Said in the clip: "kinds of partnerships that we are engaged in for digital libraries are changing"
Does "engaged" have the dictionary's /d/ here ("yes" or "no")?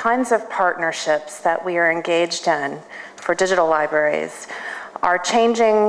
yes